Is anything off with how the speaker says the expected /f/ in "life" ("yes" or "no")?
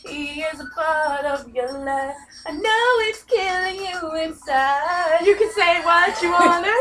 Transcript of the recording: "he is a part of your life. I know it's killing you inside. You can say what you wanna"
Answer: yes